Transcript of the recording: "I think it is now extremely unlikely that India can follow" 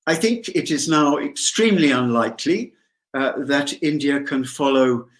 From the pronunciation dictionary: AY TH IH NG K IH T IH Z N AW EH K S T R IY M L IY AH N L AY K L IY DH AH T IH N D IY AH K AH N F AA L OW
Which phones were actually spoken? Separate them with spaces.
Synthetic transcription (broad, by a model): AY TH IH NG K IH T IH Z N AW EH K S T R IY M L IY AH N L AY K L IY DH AH T IH N D IY AH K AH N F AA L OW